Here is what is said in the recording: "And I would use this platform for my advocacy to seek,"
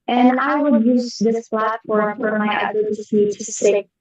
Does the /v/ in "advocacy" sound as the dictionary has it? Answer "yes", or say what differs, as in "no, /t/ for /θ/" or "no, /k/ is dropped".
no, /v/ is dropped